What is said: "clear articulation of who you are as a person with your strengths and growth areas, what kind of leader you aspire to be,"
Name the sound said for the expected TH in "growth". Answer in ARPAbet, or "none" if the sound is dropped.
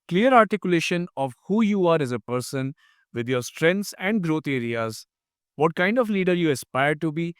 T